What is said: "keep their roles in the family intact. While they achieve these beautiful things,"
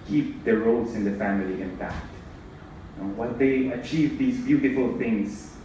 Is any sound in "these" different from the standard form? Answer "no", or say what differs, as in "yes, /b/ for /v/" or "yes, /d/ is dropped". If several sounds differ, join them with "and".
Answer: no